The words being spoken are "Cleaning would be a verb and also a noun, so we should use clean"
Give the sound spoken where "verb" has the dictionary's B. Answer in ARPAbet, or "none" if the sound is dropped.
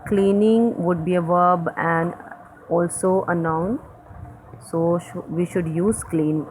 B